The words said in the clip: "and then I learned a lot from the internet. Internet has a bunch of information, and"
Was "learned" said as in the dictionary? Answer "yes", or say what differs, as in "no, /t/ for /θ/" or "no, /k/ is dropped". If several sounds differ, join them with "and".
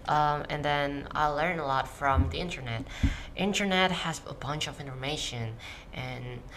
no, /d/ is dropped